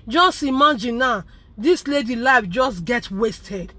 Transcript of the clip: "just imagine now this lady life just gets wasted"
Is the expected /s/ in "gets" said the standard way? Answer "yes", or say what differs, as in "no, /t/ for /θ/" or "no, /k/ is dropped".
no, /s/ is dropped